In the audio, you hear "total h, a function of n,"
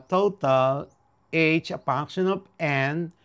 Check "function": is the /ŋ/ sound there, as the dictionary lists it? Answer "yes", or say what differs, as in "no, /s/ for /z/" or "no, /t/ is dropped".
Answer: no, /ŋ/ is dropped